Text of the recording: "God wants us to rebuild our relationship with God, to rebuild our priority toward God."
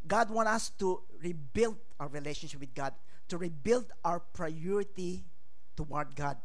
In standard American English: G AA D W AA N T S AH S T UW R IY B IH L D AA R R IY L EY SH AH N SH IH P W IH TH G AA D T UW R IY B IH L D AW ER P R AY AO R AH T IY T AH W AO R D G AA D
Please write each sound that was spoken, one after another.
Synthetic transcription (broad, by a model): G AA D W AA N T AH S T UW R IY B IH L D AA W R IY L EY SH AH N SH IH P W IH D G AA D T UW R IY B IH L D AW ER P R AY AO R AH T IY T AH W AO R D G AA D